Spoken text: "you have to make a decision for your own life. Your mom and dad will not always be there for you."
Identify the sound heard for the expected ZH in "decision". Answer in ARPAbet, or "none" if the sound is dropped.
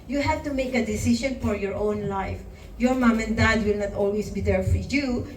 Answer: S